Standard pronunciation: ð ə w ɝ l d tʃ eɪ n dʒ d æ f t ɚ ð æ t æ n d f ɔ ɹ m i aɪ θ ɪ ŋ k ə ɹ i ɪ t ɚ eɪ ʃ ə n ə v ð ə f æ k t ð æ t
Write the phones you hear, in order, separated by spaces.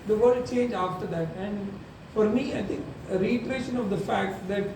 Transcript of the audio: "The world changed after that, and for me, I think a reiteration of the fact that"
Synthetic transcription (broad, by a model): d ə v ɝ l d tʃ eɪ n dʒ ɑ f t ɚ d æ t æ n d f ɔ ɹ m i aɪ t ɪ ŋ k ə ɹ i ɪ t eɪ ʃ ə n ə v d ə f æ k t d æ t